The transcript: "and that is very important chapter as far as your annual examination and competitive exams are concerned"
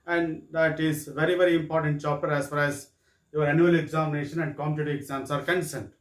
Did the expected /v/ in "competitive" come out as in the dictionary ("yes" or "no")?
no